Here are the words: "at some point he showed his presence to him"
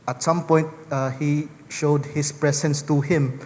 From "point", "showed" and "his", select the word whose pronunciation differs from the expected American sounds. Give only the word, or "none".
his